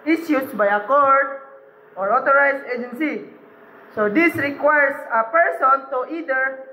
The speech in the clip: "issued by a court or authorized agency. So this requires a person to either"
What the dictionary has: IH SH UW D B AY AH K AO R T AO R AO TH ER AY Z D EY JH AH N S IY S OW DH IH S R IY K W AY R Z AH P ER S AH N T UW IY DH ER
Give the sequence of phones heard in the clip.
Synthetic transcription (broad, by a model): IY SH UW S B AY AH K AO R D AO R AO T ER AY S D EY JH AH N S IY S OW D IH S R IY K W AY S AH P ER S AH N T UW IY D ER